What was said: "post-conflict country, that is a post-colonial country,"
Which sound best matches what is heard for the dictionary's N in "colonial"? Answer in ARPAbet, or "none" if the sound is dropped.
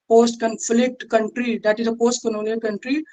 L